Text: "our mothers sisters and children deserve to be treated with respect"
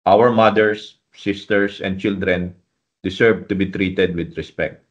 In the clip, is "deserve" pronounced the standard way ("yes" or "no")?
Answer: no